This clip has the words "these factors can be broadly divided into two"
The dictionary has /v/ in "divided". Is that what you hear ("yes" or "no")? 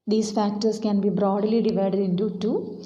yes